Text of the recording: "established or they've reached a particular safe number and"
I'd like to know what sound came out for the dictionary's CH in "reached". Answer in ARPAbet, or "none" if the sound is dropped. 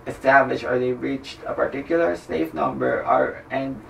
CH